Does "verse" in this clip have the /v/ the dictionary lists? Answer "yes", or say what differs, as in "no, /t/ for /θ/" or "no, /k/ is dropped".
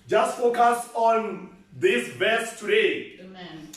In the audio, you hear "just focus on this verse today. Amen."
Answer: no, /b/ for /v/